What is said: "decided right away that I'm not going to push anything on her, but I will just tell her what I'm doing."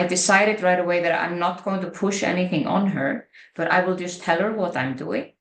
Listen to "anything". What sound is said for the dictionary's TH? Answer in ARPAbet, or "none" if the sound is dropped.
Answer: TH